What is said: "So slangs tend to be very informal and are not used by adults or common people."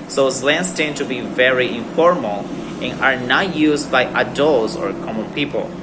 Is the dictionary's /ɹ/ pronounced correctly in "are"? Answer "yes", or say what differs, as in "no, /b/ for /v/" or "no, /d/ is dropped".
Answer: yes